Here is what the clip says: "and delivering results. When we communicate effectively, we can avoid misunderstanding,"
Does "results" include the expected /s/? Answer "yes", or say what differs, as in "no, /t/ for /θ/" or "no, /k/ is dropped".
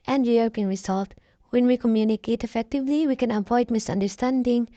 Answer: no, /s/ is dropped